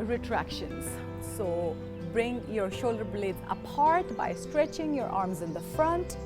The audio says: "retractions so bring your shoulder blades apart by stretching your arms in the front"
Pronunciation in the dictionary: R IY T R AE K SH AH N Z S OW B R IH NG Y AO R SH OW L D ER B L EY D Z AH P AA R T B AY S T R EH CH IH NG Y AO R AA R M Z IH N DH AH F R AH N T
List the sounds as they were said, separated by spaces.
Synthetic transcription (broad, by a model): R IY T R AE K SH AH N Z S OW B R IH NG Y AO R SH OW L D ER B L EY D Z AH P AA R T B AY S T R EH CH IH NG Y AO R AA R M Z IH N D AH F R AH N T